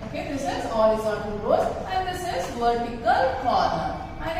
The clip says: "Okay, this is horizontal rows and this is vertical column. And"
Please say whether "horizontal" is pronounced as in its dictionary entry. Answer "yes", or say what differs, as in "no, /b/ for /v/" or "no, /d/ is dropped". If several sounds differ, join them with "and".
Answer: no, /l/ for /ɹ/